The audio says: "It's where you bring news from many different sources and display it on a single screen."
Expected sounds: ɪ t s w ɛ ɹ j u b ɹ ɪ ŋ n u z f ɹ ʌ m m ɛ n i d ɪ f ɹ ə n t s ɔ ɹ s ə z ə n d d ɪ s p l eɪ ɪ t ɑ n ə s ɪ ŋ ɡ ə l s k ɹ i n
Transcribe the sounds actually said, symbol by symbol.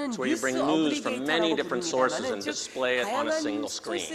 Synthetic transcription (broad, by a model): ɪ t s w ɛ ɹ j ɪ b ɹ ɪ ŋ n u z f ɹ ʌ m m ɛ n i d ɪ f ɹ ə n t s ɔ ɹ s ə z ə n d d ɪ s p l eɪ ɪ t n ə s ɪ ŋ ɡ l s k ɹ i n